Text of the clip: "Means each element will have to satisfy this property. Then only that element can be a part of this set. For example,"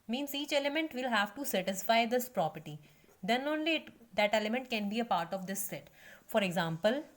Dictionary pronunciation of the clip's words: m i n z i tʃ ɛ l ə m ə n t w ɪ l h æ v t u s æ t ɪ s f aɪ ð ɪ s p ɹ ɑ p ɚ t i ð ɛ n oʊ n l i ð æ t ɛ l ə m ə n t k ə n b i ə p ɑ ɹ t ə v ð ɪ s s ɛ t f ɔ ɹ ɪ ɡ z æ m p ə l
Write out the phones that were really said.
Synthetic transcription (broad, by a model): m i n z i tʃ ɛ l ə m ə n t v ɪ l h æ v t u s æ t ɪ s f aɪ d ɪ s p ɹ ɑ p ɚ t i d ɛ n oʊ n l i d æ t ɛ l ə m ə n t k ə n b i ə p ɑ ɹ t ə v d ɪ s s ɛ t f ɔ ɹ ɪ ɡ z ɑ m p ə l